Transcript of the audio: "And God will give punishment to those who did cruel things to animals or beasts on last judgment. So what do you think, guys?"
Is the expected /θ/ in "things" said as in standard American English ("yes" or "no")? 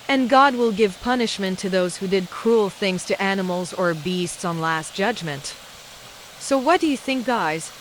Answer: yes